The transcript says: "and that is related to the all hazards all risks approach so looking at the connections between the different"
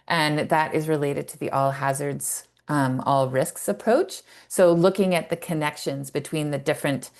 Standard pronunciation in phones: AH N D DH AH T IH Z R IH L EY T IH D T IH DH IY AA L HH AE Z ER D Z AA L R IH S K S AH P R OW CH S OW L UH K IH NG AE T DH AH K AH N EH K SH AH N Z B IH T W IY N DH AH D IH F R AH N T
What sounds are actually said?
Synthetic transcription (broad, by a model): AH N DH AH T IH Z R IH L EY T IH D T IH DH IY AA L HH AE Z ER D Z AA L R IH S K S AH P R OW CH S OW L UH K IH NG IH T DH AH K AH N EH K SH AH N Z B IH T W IY N DH AH D IH F R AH N T